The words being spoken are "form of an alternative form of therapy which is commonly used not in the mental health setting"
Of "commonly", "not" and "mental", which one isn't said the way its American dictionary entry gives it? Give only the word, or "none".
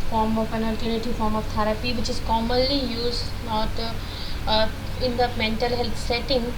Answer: none